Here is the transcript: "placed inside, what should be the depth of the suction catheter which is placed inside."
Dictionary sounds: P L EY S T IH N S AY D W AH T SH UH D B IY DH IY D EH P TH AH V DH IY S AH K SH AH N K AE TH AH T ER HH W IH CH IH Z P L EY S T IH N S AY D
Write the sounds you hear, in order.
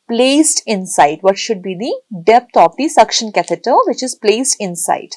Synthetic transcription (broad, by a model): P L EY S T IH N S AY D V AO T SH UH D B IY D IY D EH P T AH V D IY S AH K SH AH N K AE T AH T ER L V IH CH IH Z P L EY S T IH N S AY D